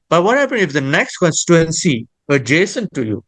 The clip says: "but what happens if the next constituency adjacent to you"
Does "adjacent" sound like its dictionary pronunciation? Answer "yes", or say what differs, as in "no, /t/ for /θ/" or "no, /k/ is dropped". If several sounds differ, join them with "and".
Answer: yes